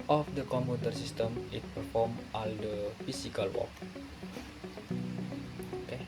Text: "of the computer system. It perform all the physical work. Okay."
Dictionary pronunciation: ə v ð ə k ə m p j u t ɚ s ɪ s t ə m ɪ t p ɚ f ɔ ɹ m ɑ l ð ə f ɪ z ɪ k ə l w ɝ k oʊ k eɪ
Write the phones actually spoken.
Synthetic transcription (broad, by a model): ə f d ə k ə m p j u t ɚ s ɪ s t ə m ɪ t p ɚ f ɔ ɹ m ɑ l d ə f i s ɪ k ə l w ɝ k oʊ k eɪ